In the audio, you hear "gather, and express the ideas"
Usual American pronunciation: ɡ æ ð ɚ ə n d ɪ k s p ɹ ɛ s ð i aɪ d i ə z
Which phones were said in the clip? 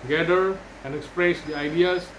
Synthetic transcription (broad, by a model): ɡ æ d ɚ ə n d ɪ k s p ɹ ɛ s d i aɪ d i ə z